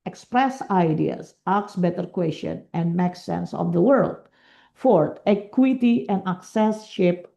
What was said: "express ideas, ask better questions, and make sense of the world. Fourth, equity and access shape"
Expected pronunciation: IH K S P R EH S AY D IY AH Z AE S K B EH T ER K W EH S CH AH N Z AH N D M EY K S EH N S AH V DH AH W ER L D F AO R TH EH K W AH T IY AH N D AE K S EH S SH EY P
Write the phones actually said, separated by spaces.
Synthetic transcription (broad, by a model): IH K S P R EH S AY D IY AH S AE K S B EH T ER K W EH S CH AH N AH N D M EY K S EH N S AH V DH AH W ER L D F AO R T EH K W AH T IY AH N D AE K S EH S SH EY P